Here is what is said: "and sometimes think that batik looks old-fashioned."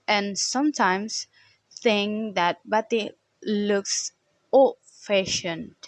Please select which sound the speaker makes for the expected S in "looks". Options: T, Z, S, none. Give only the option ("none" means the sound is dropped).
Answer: S